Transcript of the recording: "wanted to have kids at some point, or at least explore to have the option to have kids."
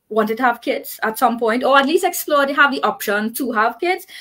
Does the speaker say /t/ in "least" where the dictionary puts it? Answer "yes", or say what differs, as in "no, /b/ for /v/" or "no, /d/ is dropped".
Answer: yes